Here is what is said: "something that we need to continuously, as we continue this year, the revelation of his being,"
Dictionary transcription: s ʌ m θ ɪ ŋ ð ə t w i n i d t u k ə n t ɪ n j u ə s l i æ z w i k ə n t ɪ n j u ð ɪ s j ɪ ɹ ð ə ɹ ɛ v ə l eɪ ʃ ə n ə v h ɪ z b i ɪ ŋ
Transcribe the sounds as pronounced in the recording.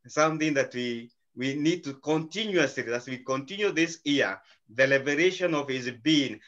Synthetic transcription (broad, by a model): s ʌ m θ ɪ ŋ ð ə t w i n i d t u k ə n t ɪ n j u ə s l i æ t w i k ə n t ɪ n j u ð ɪ s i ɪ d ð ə l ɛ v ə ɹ eɪ ʃ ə n ə v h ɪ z b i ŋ